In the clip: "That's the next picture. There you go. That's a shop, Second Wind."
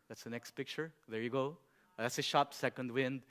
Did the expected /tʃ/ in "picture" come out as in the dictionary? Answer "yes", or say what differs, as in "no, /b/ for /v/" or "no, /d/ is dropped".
yes